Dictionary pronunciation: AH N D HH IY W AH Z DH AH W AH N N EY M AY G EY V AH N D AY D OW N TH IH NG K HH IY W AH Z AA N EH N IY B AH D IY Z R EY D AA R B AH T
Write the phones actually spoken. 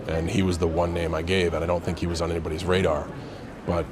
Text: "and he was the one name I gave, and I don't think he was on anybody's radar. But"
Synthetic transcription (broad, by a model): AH N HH IY W AH Z DH AH W AH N N EY M AY G EY V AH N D AY D OW N TH IH NG K HH IY W AH Z N EH N IY B AH D IY Z R EY D AA R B AH T